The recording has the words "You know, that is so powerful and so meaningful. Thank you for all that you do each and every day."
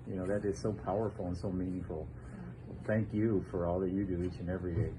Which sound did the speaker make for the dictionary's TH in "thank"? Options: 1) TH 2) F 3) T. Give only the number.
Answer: 1